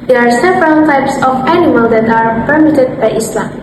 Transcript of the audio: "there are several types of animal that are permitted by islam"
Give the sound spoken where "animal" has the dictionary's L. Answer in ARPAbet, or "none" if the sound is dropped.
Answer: L